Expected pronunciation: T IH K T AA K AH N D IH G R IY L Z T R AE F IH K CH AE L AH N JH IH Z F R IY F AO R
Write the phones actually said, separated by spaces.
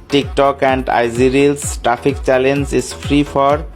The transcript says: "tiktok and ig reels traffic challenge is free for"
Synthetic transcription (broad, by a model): T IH K T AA K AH N D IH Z R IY L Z T R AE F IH K CH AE L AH N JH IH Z F R IY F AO R